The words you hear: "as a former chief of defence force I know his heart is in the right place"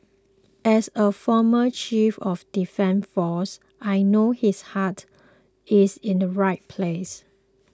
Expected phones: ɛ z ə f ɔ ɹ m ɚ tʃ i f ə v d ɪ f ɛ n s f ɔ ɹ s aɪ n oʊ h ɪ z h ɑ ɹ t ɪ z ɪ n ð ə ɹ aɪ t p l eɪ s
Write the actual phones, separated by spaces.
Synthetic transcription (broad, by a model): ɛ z ə f ɔ m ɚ tʃ i f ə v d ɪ f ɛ n f ɔ s aɪ n oʊ h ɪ s h ɑ t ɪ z ɪ n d ə ɹ aɪ t p l eɪ s